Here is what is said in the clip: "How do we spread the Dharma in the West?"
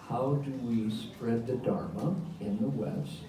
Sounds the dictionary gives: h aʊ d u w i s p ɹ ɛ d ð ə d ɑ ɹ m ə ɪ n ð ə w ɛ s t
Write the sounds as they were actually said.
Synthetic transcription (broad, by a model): h aʊ d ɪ w i s p ɹ ɛ d ð ə d ɑ ɹ m ə ɪ n ð ə w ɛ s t